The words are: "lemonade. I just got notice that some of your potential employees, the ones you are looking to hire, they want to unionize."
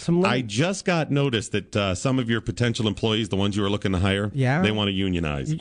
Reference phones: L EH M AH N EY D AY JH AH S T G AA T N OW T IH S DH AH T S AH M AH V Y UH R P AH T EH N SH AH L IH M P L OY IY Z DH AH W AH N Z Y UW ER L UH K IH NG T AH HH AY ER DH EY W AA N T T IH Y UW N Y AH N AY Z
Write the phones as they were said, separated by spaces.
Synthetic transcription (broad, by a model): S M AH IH JH AH S T G AA T N OW T IH S DH AH T S AH M AH V Y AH R P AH T EH N SH L IH M P L OY IY Z DH AH W AH N Z Y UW ER L UH K IH NG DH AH HH AY ER DH EY W AA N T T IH Y UW N Y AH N AY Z